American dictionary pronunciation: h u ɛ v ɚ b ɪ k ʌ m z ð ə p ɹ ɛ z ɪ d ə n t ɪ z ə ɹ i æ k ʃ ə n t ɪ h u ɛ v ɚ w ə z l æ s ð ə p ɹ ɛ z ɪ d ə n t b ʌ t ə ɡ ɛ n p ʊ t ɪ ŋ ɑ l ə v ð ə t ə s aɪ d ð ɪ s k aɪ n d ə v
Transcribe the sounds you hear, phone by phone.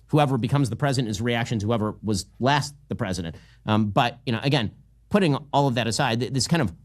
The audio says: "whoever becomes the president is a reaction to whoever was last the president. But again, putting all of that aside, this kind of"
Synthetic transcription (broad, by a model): h u ɛ v ɚ b ɪ k ʌ m z ð ə p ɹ ɛ z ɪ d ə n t ɪ z ə ɹ i æ k ʃ ə n t ɪ h u ɛ v ɚ w ə z l æ s ð ə p ɹ ɛ z ɪ d ə n t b ʌ t ə ɡ ɛ n p ʊ t ɪ ŋ ɑ l ə v ð ə t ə s aɪ d ð ɪ s k aɪ n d ə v